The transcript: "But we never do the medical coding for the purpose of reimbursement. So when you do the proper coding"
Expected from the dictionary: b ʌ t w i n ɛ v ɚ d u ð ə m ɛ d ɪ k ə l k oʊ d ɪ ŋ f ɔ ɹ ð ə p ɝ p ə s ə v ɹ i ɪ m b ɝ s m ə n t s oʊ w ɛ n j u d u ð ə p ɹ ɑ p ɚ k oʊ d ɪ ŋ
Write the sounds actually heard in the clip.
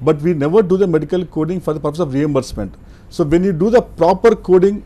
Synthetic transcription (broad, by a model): b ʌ t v i n ɛ v ɚ d u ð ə m ɛ d ɪ k ə l k oʊ d ɪ ŋ f ɔ ɹ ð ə p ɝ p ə s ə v ɹ i ɪ m b ɝ s m ə n t s oʊ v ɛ n j u d u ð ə p ɹ ɑ p ɚ k oʊ d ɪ ŋ